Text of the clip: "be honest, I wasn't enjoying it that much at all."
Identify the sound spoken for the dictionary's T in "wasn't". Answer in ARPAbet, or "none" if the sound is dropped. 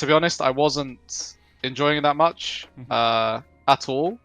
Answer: T